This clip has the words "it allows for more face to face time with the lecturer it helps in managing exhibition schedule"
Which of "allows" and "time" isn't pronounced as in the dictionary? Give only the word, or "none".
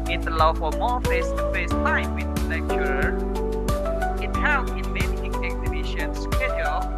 allows